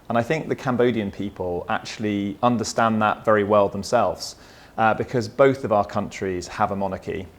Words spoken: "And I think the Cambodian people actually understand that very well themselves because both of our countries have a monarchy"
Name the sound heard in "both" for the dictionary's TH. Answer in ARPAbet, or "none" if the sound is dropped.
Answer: TH